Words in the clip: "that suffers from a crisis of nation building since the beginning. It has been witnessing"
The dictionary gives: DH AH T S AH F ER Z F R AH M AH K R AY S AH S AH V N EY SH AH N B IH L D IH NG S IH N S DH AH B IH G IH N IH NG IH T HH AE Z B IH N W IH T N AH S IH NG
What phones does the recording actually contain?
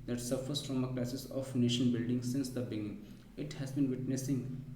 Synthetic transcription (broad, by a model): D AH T S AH F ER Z F R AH M AH K L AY S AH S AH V N EY SH AH N B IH L D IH NG S IH N S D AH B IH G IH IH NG IH T HH AE Z B IH N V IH T N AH S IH NG